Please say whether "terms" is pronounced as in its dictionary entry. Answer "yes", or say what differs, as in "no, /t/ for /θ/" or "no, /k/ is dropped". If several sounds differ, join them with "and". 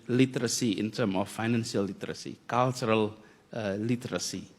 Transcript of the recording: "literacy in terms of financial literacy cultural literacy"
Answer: no, /z/ is dropped